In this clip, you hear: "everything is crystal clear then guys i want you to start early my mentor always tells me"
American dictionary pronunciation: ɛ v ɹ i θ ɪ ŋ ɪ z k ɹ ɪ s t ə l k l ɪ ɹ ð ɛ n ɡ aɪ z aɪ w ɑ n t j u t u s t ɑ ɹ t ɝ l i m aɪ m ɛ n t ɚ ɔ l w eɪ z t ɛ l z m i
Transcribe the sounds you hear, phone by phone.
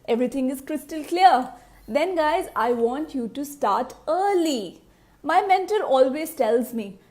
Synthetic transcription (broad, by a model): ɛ v ɹ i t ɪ ŋ ɪ z k ɹ ɪ s t ə l k l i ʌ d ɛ n ɡ aɪ z aɪ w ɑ n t j u t u s t ɑ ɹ t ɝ l i m aɪ m ɛ n t ɚ ɔ l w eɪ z t ɛ l z m i